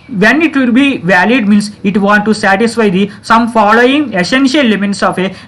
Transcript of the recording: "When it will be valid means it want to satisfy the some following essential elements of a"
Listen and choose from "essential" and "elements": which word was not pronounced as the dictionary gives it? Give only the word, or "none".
elements